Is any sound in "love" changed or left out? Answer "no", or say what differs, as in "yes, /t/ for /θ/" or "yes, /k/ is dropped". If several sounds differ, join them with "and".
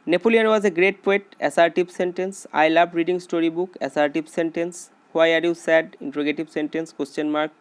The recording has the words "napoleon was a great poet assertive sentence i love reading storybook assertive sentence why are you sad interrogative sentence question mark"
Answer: yes, /b/ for /v/